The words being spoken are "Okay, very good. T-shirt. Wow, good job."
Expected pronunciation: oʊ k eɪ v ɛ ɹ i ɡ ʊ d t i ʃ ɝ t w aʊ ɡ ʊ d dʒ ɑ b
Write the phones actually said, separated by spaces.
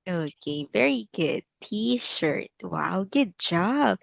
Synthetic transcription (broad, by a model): oʊ k eɪ v ɛ ɹ i ɡ ʊ d t i ʃ ɝ t w aʊ ɡ ʊ d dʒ ɑ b